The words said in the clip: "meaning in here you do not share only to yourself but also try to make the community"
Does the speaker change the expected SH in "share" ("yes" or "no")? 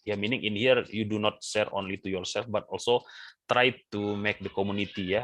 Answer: yes